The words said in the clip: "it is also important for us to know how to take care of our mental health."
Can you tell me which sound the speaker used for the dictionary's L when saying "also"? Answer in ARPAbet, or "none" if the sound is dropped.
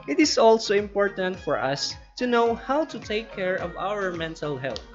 L